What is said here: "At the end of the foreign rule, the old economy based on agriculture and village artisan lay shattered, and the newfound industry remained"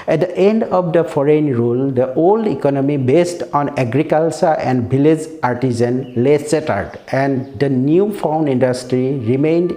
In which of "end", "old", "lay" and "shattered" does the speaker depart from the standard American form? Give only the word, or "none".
shattered